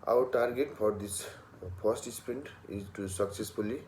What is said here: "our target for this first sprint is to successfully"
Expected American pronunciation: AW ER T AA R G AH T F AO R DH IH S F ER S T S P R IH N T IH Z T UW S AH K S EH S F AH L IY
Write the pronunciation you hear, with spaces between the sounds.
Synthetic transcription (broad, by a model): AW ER T AA R G AH T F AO R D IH S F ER S T S P EH N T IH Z T UW S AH K S EH S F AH L IY